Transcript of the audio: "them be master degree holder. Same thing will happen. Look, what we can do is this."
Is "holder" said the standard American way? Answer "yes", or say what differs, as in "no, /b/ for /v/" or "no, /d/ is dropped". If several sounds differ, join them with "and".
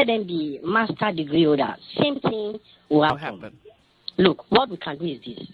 no, /l/ is dropped